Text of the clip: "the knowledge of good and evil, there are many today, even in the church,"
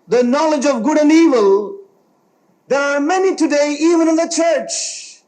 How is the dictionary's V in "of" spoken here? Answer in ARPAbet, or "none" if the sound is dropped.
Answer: V